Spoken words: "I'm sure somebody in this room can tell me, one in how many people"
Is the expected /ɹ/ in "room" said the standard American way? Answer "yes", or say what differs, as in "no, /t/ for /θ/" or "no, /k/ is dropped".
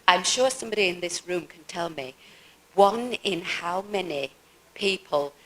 yes